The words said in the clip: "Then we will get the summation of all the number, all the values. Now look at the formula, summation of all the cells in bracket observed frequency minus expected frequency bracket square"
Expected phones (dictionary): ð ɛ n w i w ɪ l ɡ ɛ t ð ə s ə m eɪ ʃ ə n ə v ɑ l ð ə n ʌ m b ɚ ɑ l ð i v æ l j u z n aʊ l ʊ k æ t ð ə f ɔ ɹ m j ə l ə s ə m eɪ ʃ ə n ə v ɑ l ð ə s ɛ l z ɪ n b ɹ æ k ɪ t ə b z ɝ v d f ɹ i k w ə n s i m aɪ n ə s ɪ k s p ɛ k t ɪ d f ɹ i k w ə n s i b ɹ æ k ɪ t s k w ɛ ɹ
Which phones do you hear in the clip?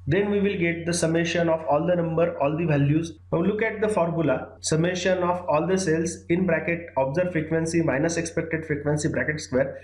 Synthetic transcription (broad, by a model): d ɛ n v i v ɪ l ɡ ɛ t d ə s ə m eɪ ʃ ə n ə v ɑ l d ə n ʌ m b ɚ ɑ l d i v æ l j u z l ʊ k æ t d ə f ɔ ɹ m j ə l ə s ə m eɪ ʃ ə n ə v ɑ l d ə s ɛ l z ɪ n b ɹ æ k ɪ t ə b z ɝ d f ɹ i k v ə n s i m aɪ n ə s ɪ k s p ɛ k t ɪ d f ɹ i k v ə n s i b ɹ æ k ɪ t s k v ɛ ɹ